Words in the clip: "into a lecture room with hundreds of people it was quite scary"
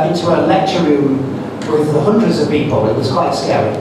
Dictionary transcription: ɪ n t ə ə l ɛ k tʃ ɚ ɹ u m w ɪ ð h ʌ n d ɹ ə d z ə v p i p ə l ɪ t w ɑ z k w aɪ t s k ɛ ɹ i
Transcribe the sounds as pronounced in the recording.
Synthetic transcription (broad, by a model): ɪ n t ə ə l ɛ k tʃ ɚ ɹ u m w ɪ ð h ʌ n d ɹ ə d z ə v p i p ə l ɪ t w ɑ z k w aɪ t s k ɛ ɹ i